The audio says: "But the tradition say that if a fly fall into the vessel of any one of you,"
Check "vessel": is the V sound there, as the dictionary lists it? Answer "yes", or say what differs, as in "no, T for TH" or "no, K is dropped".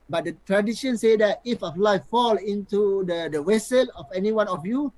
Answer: no, W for V